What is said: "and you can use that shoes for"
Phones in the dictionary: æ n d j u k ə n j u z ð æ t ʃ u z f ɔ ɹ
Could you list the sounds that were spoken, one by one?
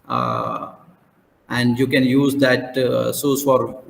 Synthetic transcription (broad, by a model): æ n d j u k ə n j u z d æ t s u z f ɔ ɹ